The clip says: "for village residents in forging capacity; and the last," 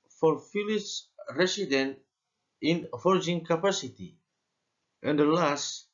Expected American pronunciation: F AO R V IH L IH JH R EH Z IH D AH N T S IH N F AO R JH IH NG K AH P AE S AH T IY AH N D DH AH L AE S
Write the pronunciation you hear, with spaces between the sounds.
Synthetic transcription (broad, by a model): F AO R F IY L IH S R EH S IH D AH N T IH N F AO R JH IH NG K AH P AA S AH T IY AH N D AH L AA S